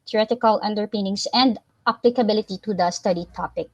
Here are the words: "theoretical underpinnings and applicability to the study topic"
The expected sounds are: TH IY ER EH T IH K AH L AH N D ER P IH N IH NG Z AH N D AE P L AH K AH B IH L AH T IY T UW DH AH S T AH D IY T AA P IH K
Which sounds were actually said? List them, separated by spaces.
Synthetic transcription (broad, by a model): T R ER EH T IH K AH L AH N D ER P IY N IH NG S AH N D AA P L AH K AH B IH L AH T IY T UW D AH S T AH D IY T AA P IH K